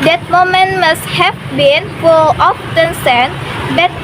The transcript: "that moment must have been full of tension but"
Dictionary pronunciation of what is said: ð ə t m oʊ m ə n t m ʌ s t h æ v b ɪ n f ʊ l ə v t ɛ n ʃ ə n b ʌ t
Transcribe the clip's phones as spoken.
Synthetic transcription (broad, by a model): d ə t m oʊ m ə n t m ʌ s t h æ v b ɪ n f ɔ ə f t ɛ n s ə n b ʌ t